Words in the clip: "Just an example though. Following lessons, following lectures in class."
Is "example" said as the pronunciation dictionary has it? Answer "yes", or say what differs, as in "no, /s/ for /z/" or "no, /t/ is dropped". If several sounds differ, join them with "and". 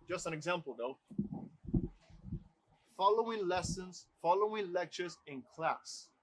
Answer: yes